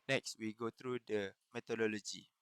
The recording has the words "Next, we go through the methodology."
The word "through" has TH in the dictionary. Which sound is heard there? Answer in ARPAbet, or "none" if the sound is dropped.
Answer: T